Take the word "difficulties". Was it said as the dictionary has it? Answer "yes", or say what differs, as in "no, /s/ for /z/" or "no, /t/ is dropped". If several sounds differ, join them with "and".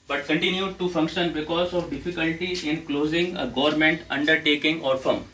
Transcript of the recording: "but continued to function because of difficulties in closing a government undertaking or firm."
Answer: no, /z/ is dropped